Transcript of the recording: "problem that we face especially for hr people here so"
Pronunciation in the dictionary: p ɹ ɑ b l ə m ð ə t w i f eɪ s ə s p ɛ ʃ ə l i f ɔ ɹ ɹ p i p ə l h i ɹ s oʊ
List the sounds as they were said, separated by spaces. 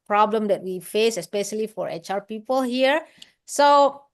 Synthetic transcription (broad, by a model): p ɹ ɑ b l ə m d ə t w i f eɪ s ə s p ɛ ʃ ə l i f ɔ ɹ ɹ p i p ə l h i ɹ s oʊ